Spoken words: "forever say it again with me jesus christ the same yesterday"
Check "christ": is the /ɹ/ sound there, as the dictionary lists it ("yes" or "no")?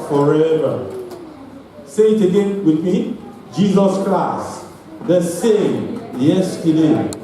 no